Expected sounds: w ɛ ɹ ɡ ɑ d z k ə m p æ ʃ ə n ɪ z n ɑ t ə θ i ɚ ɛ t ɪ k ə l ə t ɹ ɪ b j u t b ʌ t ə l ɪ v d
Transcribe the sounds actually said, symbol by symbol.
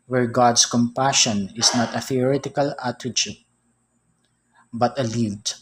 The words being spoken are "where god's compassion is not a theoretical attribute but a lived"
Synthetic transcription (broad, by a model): w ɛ ɹ ɡ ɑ d s k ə m p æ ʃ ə n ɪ s n ɑ t ə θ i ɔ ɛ t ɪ k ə l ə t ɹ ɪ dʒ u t b ʌ t ə l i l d